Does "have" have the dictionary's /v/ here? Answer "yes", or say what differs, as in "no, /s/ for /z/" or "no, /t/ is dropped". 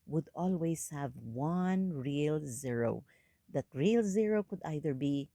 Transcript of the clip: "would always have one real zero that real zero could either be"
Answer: yes